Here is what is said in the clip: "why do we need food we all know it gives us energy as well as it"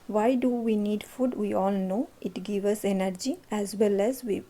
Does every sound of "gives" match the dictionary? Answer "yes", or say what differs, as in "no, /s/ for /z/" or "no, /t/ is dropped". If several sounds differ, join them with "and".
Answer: no, /z/ is dropped